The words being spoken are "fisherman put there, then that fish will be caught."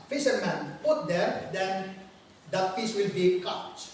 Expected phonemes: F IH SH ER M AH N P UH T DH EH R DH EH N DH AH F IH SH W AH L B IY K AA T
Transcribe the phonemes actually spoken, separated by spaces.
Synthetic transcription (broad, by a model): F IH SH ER M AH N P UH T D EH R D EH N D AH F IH S W AH L B IY K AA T